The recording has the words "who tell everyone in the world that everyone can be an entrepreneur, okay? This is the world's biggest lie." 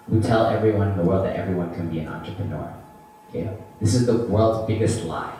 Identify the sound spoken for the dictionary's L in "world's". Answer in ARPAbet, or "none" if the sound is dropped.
L